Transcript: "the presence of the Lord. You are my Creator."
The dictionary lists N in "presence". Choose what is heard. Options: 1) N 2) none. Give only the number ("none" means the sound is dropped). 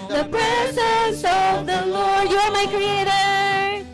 2